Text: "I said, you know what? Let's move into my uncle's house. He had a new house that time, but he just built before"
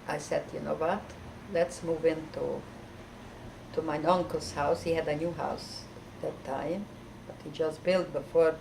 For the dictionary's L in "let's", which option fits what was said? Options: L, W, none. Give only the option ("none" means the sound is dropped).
L